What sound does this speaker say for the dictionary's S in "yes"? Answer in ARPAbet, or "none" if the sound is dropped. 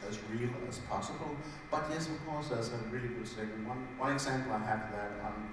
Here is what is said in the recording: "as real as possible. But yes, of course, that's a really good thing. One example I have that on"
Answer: S